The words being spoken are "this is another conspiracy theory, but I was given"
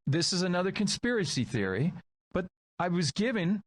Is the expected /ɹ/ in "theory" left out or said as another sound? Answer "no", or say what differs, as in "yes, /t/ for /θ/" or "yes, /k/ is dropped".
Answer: no